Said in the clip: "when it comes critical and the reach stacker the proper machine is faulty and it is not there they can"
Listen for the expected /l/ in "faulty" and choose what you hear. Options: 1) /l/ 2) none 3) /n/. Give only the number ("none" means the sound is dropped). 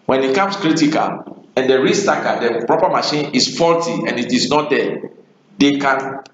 1